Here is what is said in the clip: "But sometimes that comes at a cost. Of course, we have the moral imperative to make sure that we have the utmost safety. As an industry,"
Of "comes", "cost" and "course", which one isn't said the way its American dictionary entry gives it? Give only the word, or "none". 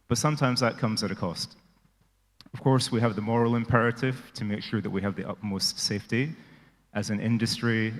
none